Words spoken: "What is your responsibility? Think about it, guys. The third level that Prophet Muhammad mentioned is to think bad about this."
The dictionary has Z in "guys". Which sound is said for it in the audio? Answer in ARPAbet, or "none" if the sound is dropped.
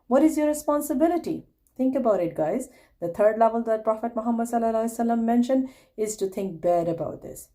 Z